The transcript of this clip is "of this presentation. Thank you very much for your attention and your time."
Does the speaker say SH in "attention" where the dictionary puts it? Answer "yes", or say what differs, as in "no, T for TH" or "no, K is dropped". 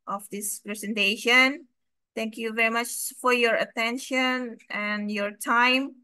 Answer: yes